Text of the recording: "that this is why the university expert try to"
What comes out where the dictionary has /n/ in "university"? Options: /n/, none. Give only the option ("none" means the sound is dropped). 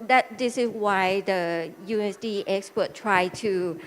none